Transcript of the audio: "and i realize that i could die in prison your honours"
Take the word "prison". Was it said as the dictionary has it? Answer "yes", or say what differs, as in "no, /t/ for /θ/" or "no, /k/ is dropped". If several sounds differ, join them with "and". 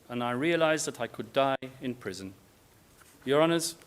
yes